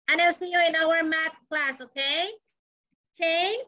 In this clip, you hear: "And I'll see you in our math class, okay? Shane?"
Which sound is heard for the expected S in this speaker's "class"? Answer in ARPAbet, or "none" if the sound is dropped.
S